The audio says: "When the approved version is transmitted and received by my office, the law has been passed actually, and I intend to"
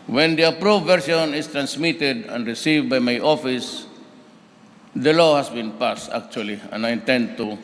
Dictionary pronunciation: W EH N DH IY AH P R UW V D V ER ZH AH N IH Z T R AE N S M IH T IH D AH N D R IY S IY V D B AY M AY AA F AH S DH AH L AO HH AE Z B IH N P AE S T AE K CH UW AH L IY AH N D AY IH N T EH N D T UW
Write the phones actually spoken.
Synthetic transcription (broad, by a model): W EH N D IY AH P R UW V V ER S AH N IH S T R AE N S M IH T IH D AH N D R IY S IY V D B AY M AY AA F AH S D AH L AO HH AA S B IH N P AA S T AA K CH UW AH L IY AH N AY IH N T EH N D T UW